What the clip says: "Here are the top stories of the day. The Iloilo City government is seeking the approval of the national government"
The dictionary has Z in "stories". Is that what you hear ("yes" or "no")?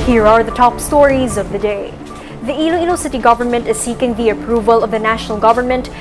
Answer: yes